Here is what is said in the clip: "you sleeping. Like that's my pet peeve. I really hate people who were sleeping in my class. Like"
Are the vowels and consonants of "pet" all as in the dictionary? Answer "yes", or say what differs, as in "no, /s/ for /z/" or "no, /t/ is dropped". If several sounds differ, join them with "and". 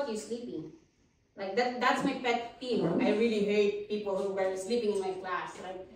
no, /b/ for /p/